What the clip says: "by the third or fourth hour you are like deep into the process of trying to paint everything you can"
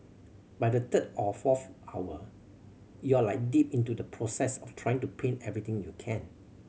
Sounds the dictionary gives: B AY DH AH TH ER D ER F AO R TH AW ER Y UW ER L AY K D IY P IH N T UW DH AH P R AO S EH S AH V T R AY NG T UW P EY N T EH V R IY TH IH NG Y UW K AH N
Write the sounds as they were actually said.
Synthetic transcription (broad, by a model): B AY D AH T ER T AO F AO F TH AW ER Y UW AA L AY K D IY P IH N T UW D AH P R AO S EH S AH F T R AY NG T UW P EY N EH V R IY T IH NG Y UW K AH N